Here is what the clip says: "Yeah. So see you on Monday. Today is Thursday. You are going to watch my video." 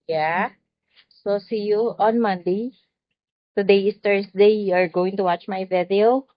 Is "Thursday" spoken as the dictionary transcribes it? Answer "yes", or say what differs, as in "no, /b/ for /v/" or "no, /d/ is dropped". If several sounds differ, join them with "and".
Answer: no, /s/ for /z/